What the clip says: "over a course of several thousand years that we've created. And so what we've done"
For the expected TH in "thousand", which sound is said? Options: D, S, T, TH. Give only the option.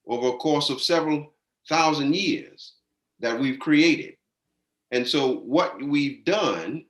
TH